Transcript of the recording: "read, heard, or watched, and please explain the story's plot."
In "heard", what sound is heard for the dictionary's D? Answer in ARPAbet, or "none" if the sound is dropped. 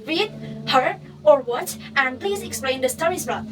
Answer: none